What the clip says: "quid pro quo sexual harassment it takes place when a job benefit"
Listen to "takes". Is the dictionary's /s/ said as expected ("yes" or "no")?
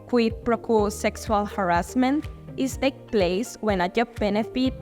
no